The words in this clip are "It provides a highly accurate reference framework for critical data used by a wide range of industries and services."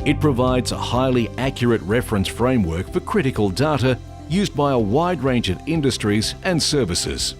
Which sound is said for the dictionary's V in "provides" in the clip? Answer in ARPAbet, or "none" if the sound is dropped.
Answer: V